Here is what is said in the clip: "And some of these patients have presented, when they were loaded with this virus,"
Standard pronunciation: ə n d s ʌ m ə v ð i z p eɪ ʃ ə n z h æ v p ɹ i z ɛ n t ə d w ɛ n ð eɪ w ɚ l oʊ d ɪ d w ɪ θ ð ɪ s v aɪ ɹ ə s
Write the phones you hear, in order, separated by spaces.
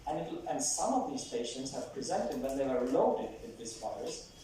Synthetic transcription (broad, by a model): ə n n s ʌ m ə v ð i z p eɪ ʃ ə n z h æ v p ɹ i z ɛ n t ə d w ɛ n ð eɪ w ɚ l oʊ d ɪ d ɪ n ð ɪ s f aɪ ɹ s